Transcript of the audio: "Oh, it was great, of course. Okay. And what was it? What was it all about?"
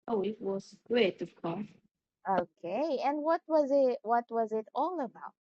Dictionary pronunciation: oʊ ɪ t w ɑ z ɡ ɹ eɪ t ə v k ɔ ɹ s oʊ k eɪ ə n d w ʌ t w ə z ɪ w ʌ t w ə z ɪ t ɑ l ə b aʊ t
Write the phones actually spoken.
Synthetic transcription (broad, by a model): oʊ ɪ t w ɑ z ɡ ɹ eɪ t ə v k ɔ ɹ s oʊ k eɪ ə n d w ʌ t w ə z ɪ w ʌ t w ə z ɪ t ɑ l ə b aʊ t